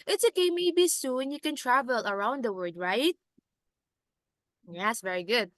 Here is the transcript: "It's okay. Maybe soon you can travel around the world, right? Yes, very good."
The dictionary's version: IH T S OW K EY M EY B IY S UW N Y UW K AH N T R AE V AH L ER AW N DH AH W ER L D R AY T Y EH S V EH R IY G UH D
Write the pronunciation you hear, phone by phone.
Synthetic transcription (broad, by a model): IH T S OW K EY M EY B IY S UW N Y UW K AH N T R AE V AH L ER AW N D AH W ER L D R AY T Y EH S V EH R IY G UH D